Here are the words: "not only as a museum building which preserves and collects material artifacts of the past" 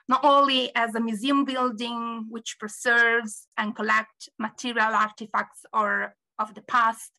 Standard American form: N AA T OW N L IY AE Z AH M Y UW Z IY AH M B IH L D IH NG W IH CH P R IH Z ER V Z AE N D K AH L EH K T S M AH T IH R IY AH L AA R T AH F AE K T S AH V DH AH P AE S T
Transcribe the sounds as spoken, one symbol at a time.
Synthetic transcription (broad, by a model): N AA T OW N L IY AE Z AH M Y UW Z IY AH M B IH L D IH NG W IH CH P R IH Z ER V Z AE N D K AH L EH K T M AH T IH R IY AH L AA R T AH F AE K T S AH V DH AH P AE S T